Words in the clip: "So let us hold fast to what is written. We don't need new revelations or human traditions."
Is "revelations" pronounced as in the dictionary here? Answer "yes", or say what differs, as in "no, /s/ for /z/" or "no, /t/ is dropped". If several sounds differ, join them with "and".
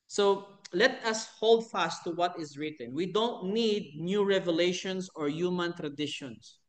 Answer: no, /s/ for /z/